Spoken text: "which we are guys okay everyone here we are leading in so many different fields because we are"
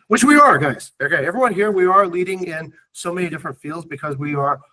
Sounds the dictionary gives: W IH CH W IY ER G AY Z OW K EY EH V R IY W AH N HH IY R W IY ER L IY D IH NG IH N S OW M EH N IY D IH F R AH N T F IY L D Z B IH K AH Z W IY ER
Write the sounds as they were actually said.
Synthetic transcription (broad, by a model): W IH CH W IY ER G AY Z OW K EY EH V R IY W AH N HH IY R W IY ER L IY D IH NG IH N S OW M EH N IY D IH F R AH N T F IY L D Z B IH K AH Z W IY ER